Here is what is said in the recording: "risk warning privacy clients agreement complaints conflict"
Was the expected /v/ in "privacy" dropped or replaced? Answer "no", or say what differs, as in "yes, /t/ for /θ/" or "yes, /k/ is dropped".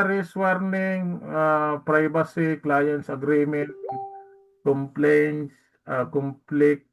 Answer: yes, /b/ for /v/